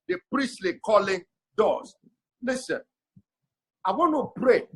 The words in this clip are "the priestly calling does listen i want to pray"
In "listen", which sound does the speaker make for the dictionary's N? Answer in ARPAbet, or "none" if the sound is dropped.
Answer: N